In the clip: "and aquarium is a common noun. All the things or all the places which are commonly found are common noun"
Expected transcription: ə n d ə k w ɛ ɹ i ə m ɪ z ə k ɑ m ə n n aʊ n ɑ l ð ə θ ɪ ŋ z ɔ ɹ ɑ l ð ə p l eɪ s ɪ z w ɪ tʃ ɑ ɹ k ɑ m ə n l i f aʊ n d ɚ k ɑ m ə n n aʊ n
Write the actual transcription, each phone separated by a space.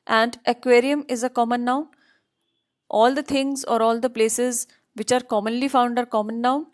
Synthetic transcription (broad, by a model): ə n d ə k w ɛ ɹ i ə m ɪ z ə k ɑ m ə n n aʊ n ɑ l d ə t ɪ ŋ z ɔ ɹ ɑ l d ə p l eɪ s ɪ z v ɪ tʃ ɑ ɹ k ɑ m ə n l i f aʊ n d ɚ k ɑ m ə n n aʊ n